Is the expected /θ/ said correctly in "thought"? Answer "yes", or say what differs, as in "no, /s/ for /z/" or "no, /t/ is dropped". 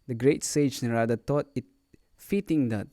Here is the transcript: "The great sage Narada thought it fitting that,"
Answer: no, /t/ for /θ/